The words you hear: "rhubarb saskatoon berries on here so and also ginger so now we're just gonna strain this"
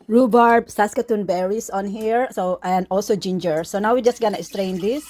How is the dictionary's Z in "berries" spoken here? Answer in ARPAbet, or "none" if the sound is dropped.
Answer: S